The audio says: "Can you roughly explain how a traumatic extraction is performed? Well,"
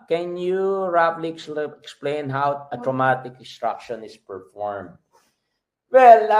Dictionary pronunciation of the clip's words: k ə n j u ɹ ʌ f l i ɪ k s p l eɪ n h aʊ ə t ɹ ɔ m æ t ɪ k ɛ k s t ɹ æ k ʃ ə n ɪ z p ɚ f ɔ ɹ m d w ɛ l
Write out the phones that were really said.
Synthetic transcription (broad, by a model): k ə n j u ɹ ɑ p l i ɪ k s p l eɪ n h aʊ ə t ɹ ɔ m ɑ t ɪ k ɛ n s t ɹ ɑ k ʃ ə n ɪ s p ɚ f ɔ ɹ m d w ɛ l